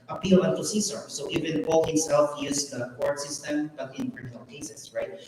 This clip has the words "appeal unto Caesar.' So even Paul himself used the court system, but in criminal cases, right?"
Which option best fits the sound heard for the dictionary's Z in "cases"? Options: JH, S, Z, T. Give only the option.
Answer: S